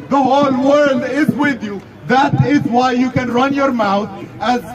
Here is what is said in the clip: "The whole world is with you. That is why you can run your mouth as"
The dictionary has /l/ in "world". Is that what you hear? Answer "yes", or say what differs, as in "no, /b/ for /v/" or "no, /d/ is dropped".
yes